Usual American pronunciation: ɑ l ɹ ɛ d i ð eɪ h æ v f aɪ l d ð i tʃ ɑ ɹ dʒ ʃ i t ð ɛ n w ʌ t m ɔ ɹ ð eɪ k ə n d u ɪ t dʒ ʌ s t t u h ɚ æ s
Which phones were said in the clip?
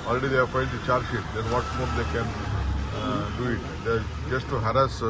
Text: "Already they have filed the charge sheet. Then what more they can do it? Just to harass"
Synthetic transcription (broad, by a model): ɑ l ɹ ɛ d i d eɪ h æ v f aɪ n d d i tʃ ɑ ɹ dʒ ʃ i t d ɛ n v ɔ t m ɔ ɹ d eɪ k ə n d u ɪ t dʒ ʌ s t t u h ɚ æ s